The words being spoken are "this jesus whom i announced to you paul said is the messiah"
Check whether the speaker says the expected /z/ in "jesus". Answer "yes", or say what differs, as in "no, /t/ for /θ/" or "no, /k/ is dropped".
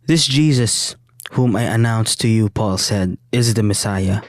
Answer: yes